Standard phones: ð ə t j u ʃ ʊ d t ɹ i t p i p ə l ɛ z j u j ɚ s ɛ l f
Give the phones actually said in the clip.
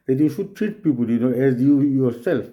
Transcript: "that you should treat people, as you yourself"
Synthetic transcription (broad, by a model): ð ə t j u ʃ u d t ɹ i t p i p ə n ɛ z j u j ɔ s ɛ l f